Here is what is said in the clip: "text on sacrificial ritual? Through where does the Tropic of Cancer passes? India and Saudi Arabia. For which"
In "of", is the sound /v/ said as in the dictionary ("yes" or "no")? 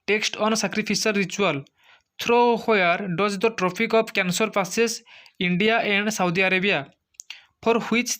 no